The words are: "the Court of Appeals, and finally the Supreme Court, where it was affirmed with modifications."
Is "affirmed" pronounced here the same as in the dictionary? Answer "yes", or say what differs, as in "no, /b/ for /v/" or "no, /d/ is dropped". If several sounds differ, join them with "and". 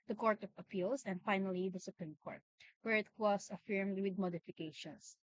yes